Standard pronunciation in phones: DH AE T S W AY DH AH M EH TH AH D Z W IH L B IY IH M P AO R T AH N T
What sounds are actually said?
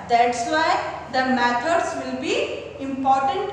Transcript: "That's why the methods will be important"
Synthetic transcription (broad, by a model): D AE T S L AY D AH M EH T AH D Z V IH L B IY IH M P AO R T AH N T